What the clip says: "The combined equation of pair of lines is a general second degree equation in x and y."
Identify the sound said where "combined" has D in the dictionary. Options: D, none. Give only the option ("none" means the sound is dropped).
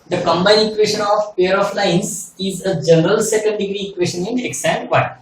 none